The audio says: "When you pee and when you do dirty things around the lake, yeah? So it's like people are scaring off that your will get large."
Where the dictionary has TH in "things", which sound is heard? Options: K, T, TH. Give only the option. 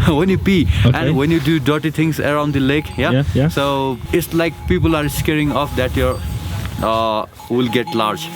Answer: T